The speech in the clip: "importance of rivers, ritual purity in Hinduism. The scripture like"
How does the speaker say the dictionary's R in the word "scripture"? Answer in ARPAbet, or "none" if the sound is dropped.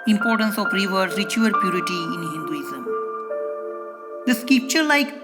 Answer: none